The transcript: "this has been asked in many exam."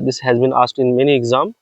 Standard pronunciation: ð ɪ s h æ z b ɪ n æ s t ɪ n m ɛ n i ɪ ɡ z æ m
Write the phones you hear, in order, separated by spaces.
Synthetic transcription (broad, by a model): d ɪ s h æ z b ɪ n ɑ s t ɪ n m ɛ n i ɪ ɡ z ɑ m